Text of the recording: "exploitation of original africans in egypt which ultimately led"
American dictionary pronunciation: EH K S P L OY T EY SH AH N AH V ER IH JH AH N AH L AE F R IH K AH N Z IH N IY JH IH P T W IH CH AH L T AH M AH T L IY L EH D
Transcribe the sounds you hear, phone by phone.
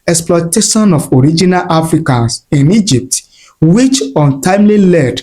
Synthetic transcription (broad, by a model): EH K S P L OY T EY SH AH N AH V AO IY JH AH N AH L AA F R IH K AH N S IH N IY JH IH P T W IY CH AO N T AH AH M L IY L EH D